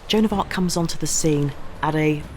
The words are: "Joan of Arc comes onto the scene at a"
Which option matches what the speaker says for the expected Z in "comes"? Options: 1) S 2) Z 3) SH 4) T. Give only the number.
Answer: 2